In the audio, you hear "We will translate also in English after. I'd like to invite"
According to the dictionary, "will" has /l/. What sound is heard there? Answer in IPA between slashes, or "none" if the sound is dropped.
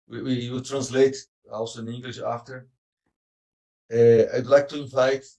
/w/